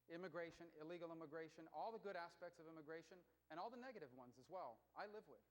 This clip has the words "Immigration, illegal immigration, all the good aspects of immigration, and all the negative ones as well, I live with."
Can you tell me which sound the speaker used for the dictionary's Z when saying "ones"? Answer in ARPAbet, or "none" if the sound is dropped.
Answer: Z